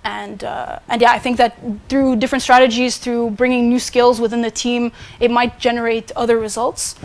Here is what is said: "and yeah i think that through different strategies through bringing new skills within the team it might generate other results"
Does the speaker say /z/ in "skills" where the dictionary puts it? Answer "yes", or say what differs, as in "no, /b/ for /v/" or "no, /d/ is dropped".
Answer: yes